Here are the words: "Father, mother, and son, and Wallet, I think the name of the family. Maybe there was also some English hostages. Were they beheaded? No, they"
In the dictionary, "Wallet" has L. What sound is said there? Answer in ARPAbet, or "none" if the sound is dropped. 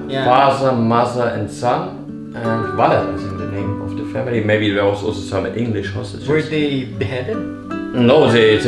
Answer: N